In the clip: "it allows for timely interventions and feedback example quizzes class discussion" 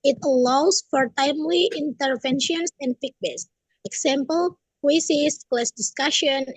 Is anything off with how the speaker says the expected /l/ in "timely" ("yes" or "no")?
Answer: no